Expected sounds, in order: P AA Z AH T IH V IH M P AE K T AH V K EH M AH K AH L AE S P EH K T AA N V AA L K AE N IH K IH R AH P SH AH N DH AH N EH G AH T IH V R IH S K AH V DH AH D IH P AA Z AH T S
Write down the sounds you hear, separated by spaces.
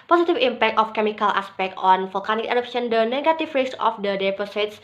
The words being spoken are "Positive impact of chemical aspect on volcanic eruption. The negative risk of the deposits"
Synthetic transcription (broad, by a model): P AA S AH T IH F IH M P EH K T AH F K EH M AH K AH L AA S P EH K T AA N F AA L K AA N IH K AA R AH P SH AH N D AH N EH G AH T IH F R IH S AH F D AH D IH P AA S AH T S